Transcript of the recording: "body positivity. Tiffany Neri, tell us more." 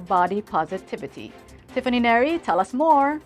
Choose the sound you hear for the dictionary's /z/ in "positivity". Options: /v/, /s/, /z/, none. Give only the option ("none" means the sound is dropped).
/z/